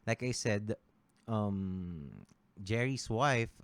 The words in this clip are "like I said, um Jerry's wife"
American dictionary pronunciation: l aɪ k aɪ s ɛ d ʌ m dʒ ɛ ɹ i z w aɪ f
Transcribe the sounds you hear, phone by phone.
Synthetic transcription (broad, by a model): l aɪ k aɪ s ɛ d ʌ m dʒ ɛ ɹ i s w aɪ f